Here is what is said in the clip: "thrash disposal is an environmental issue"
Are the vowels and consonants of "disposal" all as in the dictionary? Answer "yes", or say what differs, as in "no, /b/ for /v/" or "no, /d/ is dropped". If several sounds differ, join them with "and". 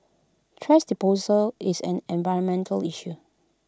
no, /s/ is dropped